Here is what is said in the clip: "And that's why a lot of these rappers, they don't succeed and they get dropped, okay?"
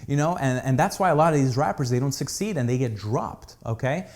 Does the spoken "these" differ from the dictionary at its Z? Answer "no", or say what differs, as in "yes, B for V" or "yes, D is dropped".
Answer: no